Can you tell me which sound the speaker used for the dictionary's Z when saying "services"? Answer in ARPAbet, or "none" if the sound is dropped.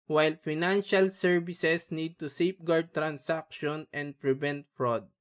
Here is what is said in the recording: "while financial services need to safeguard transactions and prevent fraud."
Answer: S